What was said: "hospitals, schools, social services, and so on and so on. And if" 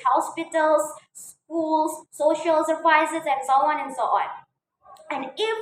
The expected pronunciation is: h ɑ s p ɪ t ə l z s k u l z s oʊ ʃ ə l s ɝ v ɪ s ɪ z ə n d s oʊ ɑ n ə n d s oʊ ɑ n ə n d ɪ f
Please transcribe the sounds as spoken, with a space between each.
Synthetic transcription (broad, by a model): h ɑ s p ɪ t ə l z s k u l s oʊ ʃ ə l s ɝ p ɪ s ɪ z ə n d s oʊ ɑ n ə n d s oʊ ɑ n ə n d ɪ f